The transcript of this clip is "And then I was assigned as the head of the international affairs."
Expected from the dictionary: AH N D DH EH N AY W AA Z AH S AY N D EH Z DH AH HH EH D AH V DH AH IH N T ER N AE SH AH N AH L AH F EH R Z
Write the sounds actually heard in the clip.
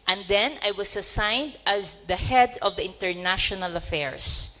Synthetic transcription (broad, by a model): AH N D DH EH N AY W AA S AH S AY N D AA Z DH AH HH EH D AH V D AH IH N T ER N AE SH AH N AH L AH F EH R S